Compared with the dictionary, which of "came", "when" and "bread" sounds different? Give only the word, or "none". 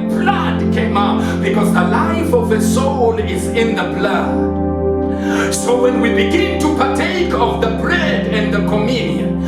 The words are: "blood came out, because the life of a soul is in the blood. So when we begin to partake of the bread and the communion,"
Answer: bread